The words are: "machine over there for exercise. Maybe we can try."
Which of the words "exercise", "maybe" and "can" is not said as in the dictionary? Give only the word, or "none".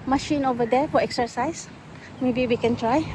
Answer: exercise